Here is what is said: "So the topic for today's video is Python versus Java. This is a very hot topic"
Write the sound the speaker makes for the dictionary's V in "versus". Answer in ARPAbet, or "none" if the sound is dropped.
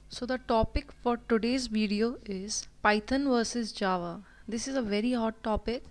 V